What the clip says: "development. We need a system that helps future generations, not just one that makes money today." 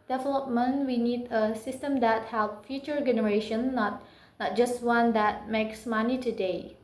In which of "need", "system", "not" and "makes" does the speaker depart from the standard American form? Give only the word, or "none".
none